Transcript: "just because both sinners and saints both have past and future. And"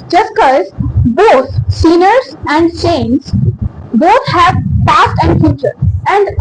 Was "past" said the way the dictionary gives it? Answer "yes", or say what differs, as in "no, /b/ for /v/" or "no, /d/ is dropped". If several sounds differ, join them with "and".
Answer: yes